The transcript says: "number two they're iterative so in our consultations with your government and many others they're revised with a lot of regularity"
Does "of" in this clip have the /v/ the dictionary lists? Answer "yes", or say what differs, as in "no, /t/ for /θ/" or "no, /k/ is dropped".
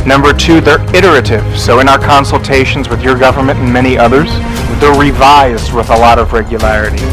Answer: yes